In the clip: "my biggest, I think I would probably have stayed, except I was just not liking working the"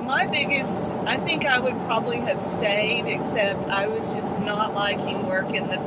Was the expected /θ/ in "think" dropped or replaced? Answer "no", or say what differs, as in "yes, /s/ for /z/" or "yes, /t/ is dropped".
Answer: no